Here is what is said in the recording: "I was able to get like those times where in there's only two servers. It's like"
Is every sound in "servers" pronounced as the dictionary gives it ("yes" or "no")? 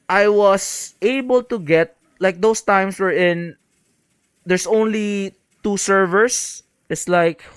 no